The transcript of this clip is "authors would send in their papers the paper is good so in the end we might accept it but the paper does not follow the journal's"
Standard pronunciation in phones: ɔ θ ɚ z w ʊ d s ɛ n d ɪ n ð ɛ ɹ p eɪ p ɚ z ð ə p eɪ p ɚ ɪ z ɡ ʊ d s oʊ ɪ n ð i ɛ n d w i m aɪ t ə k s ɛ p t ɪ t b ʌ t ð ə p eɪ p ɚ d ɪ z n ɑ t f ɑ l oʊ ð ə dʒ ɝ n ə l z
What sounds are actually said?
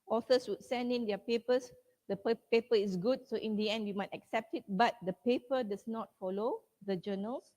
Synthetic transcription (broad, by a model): ɔ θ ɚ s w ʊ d s ɛ n d ɪ n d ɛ p eɪ p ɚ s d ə p eɪ p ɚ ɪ s ɡ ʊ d s oʊ ɪ n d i ɛ n d w i m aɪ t ə k s ɛ p t ɪ t b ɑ t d ə p eɪ p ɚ d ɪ s n ɑ t f ɑ l oʊ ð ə dʒ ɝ n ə l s